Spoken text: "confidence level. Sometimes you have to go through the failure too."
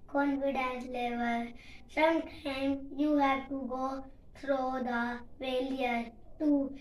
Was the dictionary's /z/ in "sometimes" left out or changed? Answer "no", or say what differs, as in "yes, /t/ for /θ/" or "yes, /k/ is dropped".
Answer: yes, /z/ is dropped